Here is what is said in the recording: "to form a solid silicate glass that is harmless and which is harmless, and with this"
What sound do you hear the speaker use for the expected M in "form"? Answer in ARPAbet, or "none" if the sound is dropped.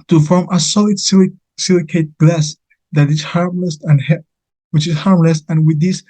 M